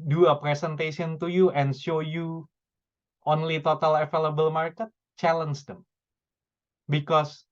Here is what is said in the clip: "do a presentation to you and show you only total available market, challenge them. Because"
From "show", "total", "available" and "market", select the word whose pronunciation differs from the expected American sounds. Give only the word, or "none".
available